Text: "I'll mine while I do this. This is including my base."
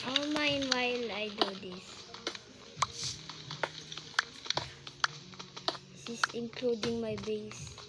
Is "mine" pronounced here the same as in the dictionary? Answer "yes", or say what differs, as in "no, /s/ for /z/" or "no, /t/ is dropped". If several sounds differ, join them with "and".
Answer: yes